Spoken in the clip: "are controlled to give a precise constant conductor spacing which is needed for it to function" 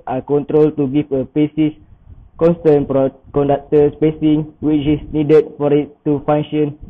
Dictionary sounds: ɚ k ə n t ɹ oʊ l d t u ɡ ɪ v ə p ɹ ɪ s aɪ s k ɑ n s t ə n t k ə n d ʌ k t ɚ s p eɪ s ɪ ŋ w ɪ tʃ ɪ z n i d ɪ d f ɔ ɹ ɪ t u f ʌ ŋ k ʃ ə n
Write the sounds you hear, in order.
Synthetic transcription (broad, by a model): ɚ k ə n t ɹ oʊ l t u ɡ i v ə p ɪ s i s k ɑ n s t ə n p k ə n d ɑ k t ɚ s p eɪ s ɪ ŋ w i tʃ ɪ s n i d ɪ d f ɔ ɹ ɪ t u f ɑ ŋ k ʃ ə n